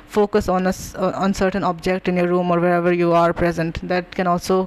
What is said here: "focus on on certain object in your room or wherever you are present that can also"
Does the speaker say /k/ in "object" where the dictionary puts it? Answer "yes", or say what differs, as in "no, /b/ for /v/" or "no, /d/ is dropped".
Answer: yes